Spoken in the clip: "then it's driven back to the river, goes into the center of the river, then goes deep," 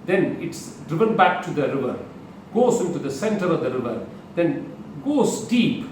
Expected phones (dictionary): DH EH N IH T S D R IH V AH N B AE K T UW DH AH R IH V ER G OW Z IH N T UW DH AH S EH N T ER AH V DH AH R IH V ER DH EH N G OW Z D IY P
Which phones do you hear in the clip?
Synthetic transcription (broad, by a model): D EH N IH T S D R IH V AH N B AE K T UW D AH R IH V ER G OW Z IH N T UW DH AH S EH N T ER AH V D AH R IH V ER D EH N G OW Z D IY P